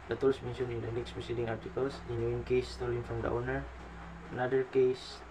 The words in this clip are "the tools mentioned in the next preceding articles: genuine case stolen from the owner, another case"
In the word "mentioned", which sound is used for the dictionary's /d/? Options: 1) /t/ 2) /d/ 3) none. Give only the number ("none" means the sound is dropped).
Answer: 3